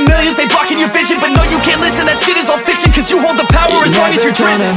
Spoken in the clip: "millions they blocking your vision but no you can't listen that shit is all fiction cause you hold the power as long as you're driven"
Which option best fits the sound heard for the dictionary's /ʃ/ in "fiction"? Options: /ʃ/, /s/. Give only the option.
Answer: /s/